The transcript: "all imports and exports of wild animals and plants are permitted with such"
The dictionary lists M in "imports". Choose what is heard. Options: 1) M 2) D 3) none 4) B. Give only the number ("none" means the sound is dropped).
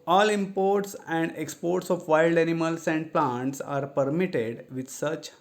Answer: 1